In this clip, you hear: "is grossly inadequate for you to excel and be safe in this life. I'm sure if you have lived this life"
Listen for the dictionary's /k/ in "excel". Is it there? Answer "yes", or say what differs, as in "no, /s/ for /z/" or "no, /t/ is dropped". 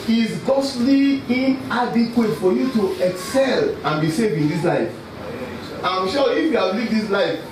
yes